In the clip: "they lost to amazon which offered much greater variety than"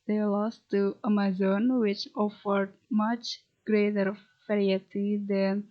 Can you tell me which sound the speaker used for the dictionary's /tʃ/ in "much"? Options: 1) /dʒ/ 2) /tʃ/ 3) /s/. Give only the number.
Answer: 2